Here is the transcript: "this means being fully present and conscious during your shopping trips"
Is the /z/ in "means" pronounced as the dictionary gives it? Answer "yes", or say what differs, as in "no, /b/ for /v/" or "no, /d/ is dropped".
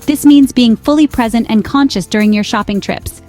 yes